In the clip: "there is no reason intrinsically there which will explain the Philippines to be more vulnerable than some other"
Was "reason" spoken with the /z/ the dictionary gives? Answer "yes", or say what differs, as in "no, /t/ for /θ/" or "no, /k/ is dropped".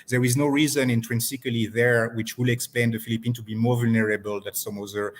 yes